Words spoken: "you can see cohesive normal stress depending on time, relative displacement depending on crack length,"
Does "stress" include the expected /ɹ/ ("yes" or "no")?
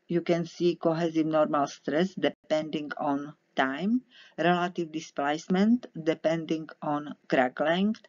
yes